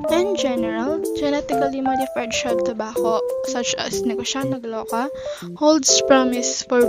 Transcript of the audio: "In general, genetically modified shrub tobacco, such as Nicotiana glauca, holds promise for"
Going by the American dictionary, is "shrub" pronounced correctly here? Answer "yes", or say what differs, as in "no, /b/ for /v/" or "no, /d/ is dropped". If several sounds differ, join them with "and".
no, /ɹ/ is dropped